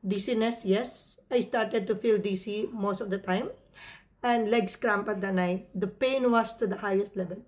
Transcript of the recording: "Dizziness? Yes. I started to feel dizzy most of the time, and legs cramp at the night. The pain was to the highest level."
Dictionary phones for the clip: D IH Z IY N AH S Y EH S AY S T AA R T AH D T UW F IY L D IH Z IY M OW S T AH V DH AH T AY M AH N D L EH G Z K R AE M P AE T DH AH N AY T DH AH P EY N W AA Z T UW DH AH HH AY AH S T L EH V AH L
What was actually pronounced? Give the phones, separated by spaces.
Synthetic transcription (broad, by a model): D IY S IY N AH S Y EH S AY S T AA R T AH D T UW F IY L D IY S IY M OW S T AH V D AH T AY M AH N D L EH G S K R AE M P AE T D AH N AY T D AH P EY N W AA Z T UW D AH HH AY AH S T L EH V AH L